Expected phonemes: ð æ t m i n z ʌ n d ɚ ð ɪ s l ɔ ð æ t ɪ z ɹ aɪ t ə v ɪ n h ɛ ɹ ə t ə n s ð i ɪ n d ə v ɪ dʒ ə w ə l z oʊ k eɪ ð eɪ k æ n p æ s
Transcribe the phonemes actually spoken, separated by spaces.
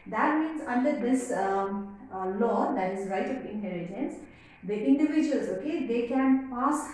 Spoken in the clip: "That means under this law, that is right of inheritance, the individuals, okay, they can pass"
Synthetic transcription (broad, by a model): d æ t m i n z ʌ n d ɚ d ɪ s l ɔ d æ t ɪ z ɹ aɪ t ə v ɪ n h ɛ l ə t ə n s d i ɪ n d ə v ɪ dʒ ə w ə l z oʊ k eɪ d eɪ k æ n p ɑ s